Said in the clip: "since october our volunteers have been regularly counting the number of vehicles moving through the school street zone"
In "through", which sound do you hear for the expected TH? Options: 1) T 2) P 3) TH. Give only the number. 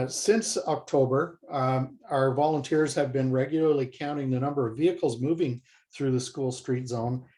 3